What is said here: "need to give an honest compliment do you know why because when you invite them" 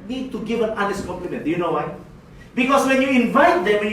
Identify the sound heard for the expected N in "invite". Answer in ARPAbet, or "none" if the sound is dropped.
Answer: N